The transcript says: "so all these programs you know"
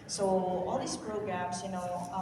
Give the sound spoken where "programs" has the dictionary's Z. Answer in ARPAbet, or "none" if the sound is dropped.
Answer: S